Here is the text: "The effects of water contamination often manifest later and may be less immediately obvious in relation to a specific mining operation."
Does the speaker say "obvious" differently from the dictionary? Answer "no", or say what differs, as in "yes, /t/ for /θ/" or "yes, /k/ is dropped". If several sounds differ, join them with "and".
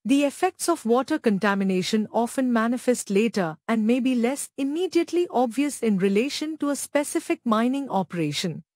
no